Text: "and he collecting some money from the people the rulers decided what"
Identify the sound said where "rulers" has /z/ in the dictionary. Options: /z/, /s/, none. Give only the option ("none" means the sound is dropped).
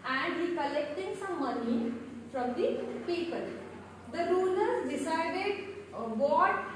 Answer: none